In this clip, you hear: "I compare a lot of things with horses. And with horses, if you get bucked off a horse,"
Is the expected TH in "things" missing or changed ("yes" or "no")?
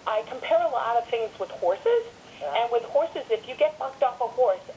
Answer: no